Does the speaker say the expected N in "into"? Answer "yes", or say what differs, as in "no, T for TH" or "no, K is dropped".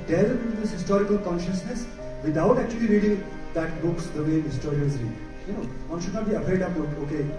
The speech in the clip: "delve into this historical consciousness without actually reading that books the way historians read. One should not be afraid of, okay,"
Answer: no, N is dropped